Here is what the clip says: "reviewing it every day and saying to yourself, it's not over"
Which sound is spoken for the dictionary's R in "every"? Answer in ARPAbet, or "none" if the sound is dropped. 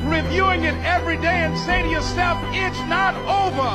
R